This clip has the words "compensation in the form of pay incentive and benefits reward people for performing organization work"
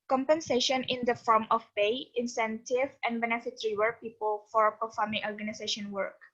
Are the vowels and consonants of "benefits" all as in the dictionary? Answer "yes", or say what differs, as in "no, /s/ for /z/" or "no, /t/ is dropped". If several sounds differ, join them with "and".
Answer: no, /s/ is dropped